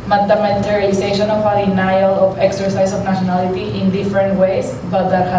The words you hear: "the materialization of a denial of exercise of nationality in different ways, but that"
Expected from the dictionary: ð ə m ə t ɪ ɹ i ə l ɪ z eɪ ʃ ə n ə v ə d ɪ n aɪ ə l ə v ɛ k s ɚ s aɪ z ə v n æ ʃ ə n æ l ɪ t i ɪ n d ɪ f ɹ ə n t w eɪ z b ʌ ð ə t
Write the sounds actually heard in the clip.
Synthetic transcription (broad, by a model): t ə m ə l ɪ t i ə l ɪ s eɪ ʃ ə n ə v ə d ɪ n aɪ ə l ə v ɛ k s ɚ s aɪ s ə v n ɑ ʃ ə n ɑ l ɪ t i ɪ n d ɪ f ɹ ə n t w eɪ s b ʌ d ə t